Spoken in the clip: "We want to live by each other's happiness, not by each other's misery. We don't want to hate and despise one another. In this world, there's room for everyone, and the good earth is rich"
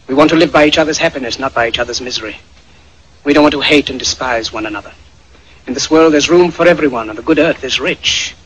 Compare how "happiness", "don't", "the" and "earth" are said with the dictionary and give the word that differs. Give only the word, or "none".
none